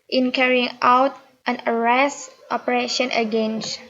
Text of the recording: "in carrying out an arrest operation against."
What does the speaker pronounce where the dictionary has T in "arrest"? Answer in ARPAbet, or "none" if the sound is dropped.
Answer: T